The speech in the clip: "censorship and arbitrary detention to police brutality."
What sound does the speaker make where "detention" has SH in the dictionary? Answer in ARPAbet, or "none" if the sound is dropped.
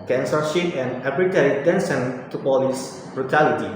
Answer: S